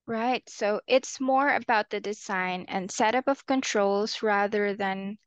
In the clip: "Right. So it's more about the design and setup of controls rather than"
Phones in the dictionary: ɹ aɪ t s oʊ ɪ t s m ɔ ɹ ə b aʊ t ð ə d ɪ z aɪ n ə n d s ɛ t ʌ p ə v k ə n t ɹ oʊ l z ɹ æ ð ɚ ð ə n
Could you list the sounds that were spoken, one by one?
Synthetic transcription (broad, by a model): ɹ aɪ t s oʊ ɪ t s m ɔ ɹ ə b aʊ t ð ə d ɪ z aɪ n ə n s ɛ t ʌ p ə v k ə n t ɹ oʊ l z ɹ æ ð ɚ ð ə n